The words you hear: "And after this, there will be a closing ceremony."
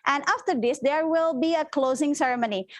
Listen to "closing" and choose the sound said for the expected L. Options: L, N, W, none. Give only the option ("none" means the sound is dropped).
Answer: L